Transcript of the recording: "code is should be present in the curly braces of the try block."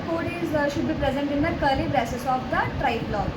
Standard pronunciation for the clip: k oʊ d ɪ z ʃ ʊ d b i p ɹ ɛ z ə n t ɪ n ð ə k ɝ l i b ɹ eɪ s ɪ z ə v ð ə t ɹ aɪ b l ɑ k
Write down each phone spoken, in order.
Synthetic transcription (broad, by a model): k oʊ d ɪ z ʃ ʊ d b i p ɹ ɛ z ə n t ɪ n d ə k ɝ l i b ɹ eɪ s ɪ s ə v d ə t ɹ aɪ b l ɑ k